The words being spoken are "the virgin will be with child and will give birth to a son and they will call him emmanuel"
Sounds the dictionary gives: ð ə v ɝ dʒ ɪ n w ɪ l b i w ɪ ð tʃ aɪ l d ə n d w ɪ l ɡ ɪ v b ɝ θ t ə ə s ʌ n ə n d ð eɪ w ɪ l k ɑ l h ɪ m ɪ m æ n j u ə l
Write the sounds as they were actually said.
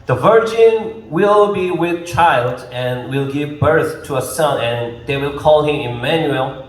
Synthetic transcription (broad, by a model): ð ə v ɝ dʒ ɪ n w ɪ l b i w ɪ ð tʃ aɪ l d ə n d w ɪ l ɡ ɪ v b ɝ θ t ə ə s ʌ n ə n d ð eɪ w ɪ l k ɑ l h ɪ m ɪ m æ n j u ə l